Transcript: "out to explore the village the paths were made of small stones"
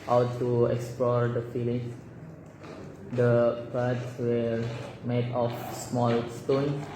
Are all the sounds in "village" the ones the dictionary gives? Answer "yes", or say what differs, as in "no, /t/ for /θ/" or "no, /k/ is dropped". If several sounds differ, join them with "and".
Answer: no, /f/ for /v/